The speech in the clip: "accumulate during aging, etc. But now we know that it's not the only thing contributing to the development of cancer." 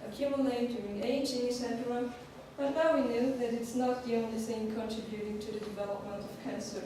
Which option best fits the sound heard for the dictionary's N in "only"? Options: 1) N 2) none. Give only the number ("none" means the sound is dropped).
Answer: 1